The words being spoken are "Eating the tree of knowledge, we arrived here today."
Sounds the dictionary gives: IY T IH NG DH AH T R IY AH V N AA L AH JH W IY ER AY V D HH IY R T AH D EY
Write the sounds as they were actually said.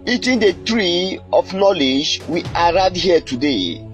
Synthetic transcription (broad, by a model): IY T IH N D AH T R IY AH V N AA L AH JH W IY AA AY D HH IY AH T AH D EY